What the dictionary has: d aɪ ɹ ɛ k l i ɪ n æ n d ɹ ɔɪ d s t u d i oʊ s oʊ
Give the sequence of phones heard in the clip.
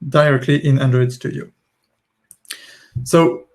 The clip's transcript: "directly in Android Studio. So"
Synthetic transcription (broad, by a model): d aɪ ɹ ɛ k l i ɪ n æ n d ɹ ɔɪ d s t u d i oʊ s oʊ